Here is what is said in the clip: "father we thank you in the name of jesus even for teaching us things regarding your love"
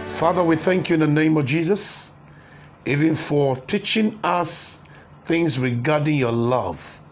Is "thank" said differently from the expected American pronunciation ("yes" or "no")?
no